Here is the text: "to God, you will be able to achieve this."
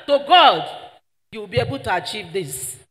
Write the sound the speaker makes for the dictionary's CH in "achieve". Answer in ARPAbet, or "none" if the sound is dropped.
CH